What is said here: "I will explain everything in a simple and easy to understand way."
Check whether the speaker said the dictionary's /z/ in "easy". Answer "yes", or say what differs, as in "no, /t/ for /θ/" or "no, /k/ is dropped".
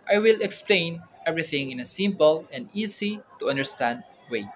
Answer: no, /s/ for /z/